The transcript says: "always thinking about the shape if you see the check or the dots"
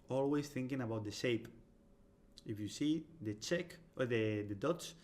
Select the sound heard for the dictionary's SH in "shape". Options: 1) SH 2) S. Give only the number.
1